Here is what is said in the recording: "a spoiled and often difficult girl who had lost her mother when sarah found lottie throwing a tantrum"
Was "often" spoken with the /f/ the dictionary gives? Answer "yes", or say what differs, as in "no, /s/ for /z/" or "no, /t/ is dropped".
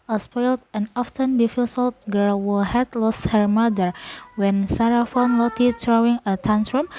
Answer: yes